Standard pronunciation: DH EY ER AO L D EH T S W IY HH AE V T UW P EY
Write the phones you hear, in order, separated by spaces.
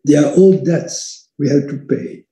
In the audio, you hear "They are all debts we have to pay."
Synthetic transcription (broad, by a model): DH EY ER AO L D EH T S W IY HH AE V T UW P EY